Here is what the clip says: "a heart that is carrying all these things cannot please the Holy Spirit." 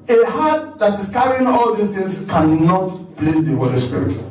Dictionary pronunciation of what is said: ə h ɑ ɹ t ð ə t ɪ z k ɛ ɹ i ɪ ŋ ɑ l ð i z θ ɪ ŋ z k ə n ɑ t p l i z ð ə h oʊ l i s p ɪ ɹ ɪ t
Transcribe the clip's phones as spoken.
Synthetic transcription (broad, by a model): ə h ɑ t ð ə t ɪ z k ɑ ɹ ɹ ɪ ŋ ɑ l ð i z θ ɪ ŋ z k ə n ɑ t b l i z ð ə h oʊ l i s p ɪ ɹ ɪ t